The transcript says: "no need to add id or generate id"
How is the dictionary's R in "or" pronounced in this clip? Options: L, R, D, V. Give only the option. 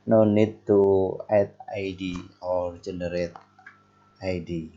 R